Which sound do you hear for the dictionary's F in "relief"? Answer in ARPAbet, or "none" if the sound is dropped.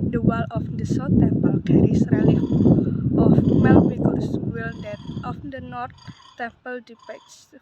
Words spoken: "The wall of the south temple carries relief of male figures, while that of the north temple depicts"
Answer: none